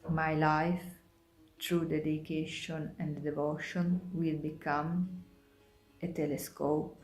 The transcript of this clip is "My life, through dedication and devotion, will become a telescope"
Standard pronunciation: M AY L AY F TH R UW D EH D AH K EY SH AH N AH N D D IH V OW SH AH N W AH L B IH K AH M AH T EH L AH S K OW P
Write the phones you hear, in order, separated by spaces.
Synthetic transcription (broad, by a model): M AY L AY F T R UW D EH D AH K EY SH AH N AH N D D IH V OW SH AH N W AH L B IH K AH M AH T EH L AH S K OW P